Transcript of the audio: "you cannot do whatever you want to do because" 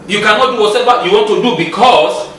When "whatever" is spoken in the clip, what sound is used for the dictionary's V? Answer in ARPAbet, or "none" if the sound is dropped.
W